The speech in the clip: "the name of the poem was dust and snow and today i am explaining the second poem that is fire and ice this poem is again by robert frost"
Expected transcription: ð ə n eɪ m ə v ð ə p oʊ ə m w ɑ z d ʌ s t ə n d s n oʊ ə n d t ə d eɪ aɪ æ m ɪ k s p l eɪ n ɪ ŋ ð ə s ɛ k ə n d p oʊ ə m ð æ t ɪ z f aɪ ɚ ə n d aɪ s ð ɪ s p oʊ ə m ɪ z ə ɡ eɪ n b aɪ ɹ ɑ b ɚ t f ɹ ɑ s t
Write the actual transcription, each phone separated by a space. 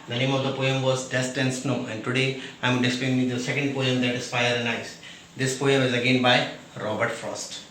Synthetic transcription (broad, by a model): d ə n eɪ m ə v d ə p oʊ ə m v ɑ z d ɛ s t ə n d s n oʊ ə n d t ə d eɪ aɪ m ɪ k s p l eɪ ɪ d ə s ɛ k ə n d p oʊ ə m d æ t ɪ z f aɪ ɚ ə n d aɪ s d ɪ s p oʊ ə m ɪ z ə ɡ eɪ n b aɪ ɹ ɑ b ɚ t f ɹ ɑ s t